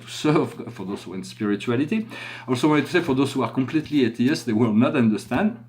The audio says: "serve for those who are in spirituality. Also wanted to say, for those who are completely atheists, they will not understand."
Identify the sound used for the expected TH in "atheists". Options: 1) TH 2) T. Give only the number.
2